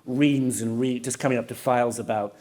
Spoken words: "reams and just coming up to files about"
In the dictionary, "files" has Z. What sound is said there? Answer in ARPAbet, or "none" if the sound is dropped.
Z